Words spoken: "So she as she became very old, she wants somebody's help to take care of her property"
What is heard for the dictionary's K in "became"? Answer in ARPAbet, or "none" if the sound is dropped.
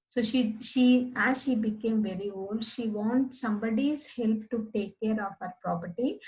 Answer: K